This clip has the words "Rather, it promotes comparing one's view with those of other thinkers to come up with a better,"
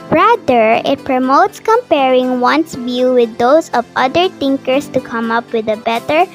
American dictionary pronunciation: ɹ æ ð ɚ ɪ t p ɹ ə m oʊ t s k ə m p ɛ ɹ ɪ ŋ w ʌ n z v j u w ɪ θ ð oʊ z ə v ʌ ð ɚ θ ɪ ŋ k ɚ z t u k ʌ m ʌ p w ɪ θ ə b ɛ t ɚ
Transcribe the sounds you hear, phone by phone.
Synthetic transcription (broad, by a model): ɹ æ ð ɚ ɪ t p ɹ ə m oʊ t s k ə m p ɛ ɹ ɪ ŋ w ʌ n s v j u w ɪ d oʊ s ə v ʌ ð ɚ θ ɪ ŋ k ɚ s t u k ʌ m ʌ p w ɪ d ə b ɛ t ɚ